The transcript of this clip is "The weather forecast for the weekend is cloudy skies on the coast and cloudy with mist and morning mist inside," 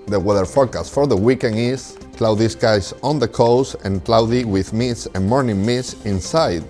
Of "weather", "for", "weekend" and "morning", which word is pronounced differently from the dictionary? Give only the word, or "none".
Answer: weekend